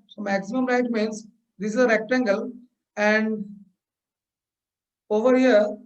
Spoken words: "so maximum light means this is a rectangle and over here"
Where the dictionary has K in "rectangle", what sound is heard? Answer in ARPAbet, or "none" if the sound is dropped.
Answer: K